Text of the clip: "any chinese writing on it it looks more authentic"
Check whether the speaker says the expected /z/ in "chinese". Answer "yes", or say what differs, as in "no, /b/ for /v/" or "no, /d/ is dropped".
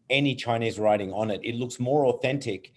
yes